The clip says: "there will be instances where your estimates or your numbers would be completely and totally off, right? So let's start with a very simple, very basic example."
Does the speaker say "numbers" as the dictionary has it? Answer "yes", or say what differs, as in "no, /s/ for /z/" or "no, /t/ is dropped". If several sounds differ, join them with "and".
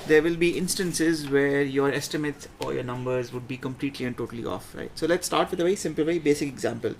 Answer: yes